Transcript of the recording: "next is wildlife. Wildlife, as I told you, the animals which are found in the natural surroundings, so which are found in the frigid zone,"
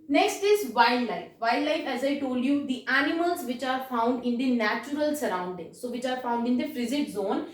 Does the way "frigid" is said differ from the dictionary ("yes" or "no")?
yes